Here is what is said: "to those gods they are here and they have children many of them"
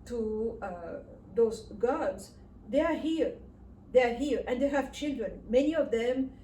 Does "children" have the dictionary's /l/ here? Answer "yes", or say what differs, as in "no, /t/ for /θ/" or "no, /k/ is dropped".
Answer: yes